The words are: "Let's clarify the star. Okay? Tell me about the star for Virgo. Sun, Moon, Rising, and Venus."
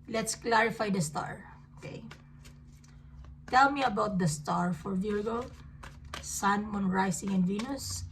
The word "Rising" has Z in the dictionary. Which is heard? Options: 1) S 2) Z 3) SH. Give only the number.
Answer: 1